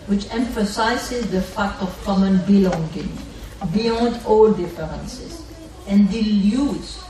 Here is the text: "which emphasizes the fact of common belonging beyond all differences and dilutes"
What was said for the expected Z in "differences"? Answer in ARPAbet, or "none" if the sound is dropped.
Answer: S